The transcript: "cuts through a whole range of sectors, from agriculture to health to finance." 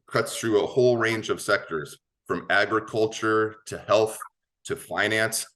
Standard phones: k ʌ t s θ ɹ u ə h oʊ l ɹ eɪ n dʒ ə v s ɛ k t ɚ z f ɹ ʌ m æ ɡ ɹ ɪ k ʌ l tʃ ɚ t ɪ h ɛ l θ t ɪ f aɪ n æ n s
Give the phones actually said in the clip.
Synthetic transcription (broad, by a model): k ʌ t s θ ɹ u ə h oʊ l ɹ eɪ n dʒ ə v s ɛ k t ɚ z f ɹ ʌ m æ ɡ ɹ ɪ k ʌ l tʃ ɚ t ɪ h ɛ l θ t ɪ f aɪ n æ n s